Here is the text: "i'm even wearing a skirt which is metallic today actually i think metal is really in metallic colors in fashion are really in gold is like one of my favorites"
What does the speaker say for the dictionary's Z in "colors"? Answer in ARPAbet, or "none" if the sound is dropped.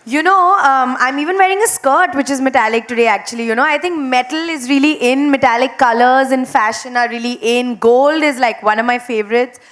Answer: Z